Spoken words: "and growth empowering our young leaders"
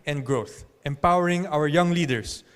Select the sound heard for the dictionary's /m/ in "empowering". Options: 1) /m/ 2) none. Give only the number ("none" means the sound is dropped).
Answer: 1